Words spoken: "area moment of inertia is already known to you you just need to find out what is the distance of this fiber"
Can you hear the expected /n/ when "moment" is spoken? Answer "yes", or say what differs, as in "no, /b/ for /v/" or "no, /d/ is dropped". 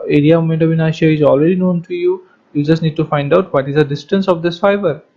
no, /n/ is dropped